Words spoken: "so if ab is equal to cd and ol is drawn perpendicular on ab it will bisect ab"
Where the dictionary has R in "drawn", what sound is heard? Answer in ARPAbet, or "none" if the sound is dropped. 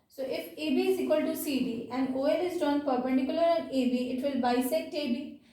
none